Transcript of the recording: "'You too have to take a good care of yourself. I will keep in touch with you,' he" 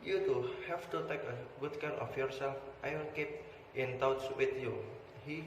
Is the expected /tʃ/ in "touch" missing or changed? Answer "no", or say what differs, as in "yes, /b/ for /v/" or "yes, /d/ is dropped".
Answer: yes, /s/ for /tʃ/